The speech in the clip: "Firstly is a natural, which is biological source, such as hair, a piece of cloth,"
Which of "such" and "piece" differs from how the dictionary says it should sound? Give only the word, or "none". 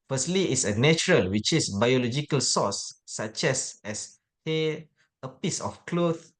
such